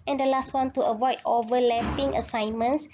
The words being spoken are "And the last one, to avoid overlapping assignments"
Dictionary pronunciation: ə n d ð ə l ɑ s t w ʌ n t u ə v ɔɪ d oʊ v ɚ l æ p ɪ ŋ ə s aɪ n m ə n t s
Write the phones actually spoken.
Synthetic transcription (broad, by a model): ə n d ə l ɑ s t w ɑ n t u ə v ɔɪ d oʊ v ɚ l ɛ p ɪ ŋ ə s aɪ n m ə n s